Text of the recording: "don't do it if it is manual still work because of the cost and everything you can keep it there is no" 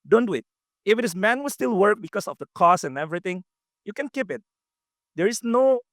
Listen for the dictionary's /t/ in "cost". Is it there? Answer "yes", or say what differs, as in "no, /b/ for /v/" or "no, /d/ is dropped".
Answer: no, /t/ is dropped